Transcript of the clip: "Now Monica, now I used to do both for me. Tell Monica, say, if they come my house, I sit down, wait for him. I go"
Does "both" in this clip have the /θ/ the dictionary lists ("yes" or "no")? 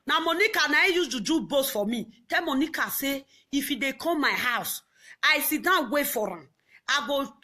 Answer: no